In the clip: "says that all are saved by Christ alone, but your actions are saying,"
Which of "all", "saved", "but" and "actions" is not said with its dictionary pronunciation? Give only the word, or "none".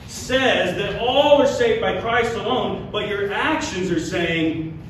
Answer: none